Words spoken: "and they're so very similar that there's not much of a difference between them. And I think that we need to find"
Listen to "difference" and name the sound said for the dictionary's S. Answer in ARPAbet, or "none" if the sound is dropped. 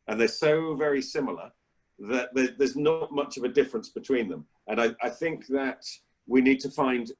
S